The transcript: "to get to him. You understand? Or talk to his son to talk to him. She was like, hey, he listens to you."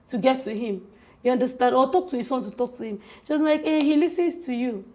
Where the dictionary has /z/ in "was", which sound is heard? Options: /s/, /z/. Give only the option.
/s/